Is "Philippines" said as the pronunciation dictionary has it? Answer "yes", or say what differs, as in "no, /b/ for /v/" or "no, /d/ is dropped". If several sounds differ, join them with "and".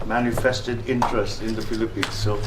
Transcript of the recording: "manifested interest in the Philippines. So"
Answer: no, /p/ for /f/